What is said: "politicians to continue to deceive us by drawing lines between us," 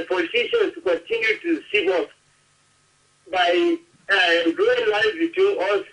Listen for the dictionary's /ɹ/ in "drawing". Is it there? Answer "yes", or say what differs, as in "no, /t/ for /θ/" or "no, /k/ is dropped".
no, /ɹ/ is dropped